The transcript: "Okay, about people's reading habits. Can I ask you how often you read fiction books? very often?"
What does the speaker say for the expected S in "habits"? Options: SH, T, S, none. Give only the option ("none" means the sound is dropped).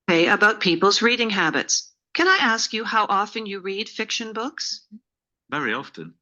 S